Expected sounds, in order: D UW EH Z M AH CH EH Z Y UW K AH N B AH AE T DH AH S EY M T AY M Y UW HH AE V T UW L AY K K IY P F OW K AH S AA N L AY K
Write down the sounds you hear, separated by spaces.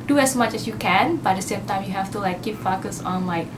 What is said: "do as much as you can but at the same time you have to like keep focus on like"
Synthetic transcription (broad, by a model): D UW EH S M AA CH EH S Y UW K AH N B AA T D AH S EY M T AY M Y UW HH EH F T UW L AY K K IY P F OW K AH S AA N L AY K